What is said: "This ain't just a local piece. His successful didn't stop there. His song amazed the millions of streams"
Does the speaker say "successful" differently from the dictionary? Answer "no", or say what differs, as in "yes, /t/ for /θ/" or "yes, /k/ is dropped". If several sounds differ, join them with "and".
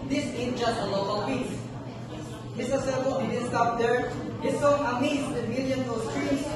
yes, /k/ is dropped